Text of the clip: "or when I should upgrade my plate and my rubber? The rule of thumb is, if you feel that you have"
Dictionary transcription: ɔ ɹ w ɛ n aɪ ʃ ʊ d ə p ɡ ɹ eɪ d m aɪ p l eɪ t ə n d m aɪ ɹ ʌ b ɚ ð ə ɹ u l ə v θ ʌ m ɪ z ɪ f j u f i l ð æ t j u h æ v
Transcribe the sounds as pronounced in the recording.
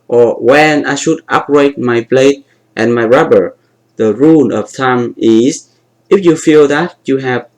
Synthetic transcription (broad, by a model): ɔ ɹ w ɛ n aɪ ʃ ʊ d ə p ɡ ɹ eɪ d m aɪ b l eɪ t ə n m aɪ ɹ ʌ b ɚ ð ə ɹ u n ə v t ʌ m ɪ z ɪ f j u f i l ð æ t j u h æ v